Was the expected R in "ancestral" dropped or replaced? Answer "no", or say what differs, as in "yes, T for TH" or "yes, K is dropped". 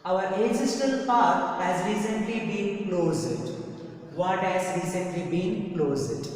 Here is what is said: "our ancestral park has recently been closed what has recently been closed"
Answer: yes, R is dropped